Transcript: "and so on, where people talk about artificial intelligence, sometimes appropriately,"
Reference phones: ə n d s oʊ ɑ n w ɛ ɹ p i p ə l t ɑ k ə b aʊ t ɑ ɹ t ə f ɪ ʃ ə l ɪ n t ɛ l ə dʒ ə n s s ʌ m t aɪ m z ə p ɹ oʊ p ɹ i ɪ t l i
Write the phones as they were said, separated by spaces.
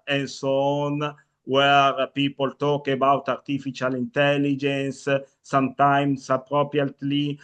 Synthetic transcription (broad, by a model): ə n s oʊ ɑ n w ɛ ɹ p i p ə l t ɑ k ə b aʊ t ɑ ɹ t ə f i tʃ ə l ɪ n t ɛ l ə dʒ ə n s s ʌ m t aɪ m s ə p ɹ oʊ p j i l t l i